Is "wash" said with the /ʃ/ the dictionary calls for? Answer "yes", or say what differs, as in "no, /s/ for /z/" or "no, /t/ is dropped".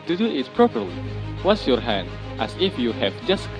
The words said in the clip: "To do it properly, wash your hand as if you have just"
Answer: no, /s/ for /ʃ/